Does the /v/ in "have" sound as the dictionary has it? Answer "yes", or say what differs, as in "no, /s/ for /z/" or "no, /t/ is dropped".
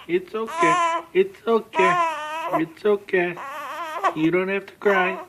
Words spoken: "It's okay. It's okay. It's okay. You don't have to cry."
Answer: no, /f/ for /v/